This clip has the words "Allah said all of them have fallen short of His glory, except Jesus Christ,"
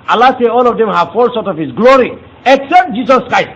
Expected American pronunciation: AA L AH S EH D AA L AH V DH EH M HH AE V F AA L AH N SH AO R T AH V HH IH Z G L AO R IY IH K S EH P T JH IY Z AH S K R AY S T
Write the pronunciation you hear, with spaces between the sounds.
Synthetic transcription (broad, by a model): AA L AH S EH AA L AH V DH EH M HH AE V F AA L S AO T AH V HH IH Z G L AO R IY IH K S EH P T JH IY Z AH S K R AY S T